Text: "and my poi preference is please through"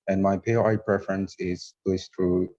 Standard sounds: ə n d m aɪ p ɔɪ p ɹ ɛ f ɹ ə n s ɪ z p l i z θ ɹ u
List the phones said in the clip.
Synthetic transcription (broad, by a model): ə n m aɪ p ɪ p ɹ ɛ f ɹ ə n s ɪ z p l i s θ ɹ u